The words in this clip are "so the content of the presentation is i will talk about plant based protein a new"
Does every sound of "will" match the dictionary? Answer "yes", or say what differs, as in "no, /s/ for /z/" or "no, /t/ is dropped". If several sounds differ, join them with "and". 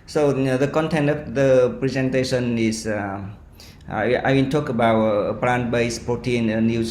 no, /n/ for /l/